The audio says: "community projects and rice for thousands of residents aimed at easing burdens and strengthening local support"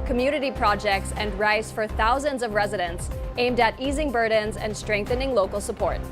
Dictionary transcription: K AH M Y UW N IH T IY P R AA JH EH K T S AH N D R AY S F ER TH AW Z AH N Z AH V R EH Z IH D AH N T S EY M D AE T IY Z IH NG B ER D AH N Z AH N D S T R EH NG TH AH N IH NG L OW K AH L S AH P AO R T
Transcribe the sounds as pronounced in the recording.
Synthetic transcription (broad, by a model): K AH M Y UW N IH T IY P R AA JH EH K T S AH N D R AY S F ER TH AW Z AH N Z AH V R EH Z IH D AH N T S EY M D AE T IY Z IH NG B ER D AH N Z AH N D S T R EH NG TH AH N IH NG L OW K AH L S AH P AO R T